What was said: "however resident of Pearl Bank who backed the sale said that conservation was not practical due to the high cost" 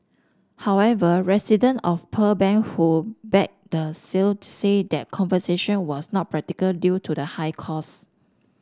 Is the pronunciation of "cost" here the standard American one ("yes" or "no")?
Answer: no